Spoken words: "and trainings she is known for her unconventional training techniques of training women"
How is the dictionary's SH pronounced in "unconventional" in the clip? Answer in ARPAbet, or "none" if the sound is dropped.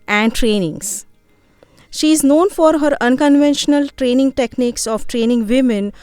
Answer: SH